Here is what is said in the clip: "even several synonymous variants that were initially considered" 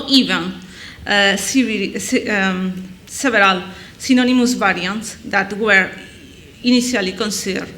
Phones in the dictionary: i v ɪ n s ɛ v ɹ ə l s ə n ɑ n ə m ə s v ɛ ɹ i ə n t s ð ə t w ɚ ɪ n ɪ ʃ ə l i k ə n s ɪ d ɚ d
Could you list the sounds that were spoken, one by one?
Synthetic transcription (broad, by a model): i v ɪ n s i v ɹ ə l s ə n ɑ n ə m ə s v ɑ ɹ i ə n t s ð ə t w ɚ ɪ n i s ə l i k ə n s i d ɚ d